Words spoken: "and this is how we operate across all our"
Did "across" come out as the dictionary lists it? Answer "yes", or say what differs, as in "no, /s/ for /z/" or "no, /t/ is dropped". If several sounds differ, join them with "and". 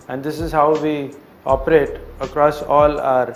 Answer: yes